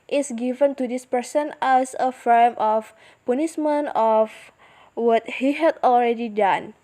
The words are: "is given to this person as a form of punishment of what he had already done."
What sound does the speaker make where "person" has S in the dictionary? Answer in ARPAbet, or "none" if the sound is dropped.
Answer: S